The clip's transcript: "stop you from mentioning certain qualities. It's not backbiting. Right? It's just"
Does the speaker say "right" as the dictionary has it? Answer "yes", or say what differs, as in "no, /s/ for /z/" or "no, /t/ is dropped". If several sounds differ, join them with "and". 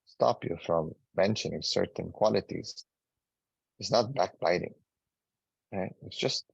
no, /t/ is dropped